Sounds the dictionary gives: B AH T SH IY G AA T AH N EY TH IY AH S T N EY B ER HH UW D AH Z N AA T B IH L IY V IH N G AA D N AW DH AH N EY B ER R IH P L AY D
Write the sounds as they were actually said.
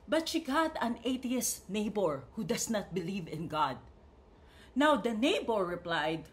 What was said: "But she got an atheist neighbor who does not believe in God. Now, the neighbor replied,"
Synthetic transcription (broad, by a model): B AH T SH IY G AA T AH N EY T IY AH S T N EY B ER HH UW D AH S N AA T B IH L IY V IH N G AA D N AW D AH N EY B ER R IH P L AY D